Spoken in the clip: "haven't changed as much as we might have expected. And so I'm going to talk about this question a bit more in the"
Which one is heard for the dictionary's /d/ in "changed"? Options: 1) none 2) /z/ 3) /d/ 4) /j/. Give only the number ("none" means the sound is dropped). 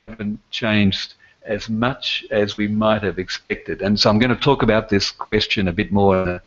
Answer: 3